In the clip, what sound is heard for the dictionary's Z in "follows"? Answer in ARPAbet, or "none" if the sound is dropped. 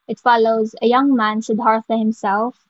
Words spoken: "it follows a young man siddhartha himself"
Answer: Z